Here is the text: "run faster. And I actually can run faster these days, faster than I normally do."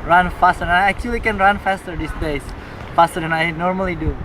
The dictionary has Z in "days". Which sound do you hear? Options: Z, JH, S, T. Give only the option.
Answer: S